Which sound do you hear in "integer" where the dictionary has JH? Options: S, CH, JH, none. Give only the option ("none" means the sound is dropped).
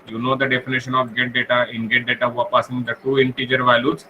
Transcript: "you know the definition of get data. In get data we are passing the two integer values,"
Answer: JH